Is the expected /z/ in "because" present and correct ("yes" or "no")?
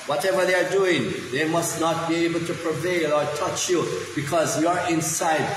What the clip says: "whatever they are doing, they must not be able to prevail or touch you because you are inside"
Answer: yes